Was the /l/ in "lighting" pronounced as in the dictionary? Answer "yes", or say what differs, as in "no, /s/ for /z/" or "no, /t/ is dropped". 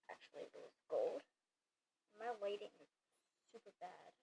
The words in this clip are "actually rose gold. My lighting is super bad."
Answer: no, /w/ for /l/